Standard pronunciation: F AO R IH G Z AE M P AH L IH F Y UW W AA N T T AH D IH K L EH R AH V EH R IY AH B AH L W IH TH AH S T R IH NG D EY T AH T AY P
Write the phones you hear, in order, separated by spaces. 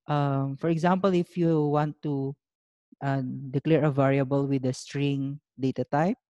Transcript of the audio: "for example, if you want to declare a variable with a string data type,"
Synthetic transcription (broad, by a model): F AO R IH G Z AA M P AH L IH F Y UW W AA N T T AH D IH K L EH R AH V EH R IY AH B AH L W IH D AH S T R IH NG D EY T AH T AY P